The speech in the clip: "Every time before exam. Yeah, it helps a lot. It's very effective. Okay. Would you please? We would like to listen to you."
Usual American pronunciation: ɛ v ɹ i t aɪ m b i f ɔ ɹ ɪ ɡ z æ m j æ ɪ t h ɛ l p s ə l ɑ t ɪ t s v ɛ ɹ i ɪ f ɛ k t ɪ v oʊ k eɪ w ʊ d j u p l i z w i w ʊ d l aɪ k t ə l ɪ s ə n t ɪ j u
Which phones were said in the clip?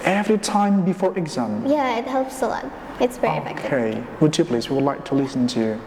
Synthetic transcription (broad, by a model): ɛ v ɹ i t aɪ m b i f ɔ ɹ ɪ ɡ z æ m j æ ɪ t h ɛ l p s ə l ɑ ɪ t s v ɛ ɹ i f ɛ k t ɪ ɪ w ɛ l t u p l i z w i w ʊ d l aɪ k t ə l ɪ s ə n t ɪ j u